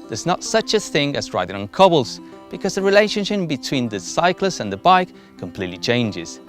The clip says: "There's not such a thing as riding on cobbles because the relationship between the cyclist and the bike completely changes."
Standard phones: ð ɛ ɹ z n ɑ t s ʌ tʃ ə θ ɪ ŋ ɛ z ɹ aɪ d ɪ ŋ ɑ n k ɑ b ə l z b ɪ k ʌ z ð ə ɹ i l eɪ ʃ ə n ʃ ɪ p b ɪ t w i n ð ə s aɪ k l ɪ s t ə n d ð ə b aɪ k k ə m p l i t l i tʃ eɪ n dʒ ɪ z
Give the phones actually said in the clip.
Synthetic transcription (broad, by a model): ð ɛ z n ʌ t s ʌ tʃ ə θ ɪ ŋ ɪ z ɹ aɪ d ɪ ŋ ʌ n k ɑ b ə l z b ɪ k ʌ z ð ə ɹ i l eɪ ʃ ə n ʃ ɪ p b ɪ t w i n ð ə s aɪ k l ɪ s ə n ð ə b aɪ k k ə m p l i t l i tʃ eɪ n dʒ ɪ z